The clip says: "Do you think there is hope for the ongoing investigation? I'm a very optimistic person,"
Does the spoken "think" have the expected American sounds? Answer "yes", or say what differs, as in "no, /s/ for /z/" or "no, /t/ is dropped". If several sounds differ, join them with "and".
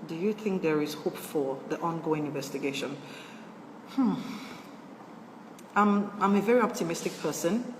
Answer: yes